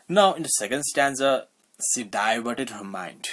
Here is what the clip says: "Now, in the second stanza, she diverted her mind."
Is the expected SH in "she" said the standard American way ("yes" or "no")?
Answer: no